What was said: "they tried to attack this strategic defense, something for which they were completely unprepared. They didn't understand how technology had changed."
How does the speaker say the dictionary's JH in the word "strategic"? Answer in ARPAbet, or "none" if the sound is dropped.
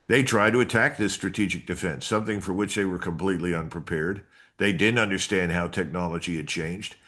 JH